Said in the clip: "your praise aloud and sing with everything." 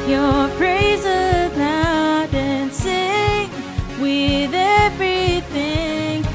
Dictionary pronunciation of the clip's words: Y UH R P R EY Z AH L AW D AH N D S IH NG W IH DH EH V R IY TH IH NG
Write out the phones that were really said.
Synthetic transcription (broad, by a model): Y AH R P R EY Z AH N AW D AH N S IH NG W IH DH EH V R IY TH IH NG